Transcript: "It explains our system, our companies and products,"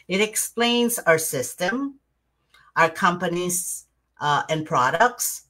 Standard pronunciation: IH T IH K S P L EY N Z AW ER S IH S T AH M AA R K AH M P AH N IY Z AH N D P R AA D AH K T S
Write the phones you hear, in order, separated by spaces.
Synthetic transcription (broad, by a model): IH T IH K S P L EY N Z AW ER S IH S T AH M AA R K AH M P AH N IY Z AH N P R AA D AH K T S